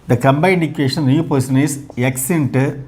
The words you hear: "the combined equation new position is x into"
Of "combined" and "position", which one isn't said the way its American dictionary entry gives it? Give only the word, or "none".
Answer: position